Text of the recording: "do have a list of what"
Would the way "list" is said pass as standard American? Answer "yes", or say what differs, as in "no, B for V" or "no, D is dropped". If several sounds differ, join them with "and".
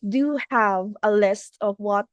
yes